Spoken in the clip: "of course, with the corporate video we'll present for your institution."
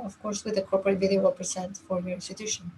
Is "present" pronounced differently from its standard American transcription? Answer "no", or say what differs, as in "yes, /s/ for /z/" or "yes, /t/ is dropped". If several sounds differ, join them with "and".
yes, /s/ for /z/